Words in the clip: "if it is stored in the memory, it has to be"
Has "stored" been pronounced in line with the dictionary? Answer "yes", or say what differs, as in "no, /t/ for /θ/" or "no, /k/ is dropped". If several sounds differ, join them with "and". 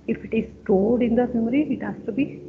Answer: no, /l/ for /ɹ/